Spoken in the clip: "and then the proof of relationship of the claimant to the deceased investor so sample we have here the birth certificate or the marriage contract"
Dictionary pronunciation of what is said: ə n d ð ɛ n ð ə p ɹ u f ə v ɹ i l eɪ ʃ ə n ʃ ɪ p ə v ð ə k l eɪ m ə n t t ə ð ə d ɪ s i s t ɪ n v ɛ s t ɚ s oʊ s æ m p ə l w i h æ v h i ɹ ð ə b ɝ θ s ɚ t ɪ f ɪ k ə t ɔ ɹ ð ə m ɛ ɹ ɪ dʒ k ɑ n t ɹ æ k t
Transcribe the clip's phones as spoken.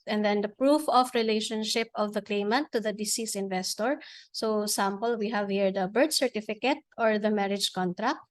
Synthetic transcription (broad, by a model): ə n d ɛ n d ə p ɹ u f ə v ɹ i l eɪ ʃ ə n ʃ ɪ p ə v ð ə k l eɪ m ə n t t ə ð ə d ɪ s i s ɪ n v ɛ s t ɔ s oʊ s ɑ m p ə l w i h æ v h i ɹ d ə b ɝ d s ɚ t ɪ f ɪ k ə t ɔ ɹ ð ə m ɛ ɹ ɪ dʒ k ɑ n t ɹ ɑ k t